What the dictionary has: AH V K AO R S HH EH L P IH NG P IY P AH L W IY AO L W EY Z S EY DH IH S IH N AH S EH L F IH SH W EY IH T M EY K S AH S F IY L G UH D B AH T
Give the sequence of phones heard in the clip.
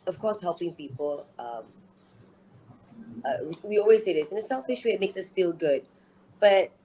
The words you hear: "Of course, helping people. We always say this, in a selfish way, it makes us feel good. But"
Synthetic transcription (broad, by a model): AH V K AO S HH EH L P IH NG P IY P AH L W IY AO L W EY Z S EY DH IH S IH N AH S EH L F IH SH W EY IH T M EY K S AH S F IY L G UH D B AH T